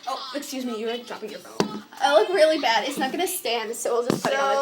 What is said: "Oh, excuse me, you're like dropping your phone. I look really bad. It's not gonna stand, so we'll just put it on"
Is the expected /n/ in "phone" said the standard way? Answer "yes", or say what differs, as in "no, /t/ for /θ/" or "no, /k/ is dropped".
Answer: no, /n/ is dropped